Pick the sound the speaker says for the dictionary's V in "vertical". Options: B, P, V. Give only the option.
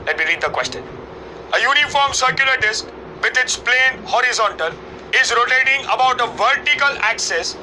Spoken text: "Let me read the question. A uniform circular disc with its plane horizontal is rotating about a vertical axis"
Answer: V